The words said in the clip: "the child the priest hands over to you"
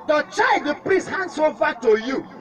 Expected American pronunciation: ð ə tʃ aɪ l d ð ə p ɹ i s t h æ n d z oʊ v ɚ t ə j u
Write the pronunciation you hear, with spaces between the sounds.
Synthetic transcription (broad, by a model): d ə tʃ aɪ l d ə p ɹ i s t h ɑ n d s oʊ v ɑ t ə j u